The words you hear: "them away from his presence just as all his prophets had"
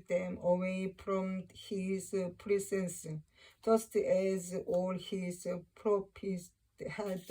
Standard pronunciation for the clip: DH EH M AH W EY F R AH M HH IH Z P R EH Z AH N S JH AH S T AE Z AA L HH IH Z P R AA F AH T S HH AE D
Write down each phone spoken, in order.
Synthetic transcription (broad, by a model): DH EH M AH W EY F R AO M HH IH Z P R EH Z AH N S JH AH S T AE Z AA L HH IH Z P R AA P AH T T HH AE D